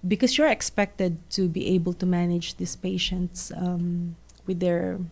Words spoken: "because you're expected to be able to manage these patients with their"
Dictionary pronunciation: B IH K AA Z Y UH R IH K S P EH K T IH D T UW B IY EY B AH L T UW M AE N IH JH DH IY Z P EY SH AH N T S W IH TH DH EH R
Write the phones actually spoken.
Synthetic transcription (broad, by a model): B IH K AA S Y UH R IH K S P EH K T IH D T UW B IY EY B AH L T UW M AE N IH JH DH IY S P EY SH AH N T S W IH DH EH R